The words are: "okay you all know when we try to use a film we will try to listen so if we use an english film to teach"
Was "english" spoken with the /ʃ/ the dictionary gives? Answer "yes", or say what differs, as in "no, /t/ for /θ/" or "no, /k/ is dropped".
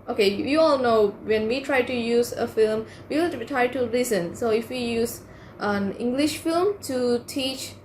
yes